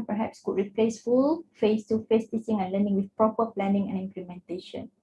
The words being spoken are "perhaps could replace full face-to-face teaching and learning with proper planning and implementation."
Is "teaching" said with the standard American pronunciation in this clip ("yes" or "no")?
no